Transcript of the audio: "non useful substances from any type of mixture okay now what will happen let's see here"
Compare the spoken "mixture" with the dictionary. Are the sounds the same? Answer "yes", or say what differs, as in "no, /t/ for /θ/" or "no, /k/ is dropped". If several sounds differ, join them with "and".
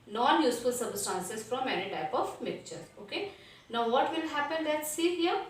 no, /s/ is dropped